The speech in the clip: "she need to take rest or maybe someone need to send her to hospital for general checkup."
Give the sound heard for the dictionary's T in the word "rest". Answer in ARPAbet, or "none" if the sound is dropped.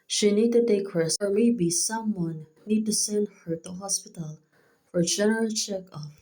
none